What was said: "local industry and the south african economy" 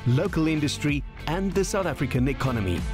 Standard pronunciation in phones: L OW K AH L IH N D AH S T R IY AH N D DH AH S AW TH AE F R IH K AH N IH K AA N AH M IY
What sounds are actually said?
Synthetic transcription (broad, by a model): L OW K AH L IH N D AH S T R IY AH N DH AH S AW TH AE F R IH K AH N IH K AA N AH M IY